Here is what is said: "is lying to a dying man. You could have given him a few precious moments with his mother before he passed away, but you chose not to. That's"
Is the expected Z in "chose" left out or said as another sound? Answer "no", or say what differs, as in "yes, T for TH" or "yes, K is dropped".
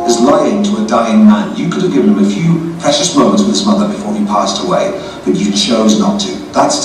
no